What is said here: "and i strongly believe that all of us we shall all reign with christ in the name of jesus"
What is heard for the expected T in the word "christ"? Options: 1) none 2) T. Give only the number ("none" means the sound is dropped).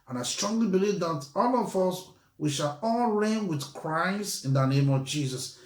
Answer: 1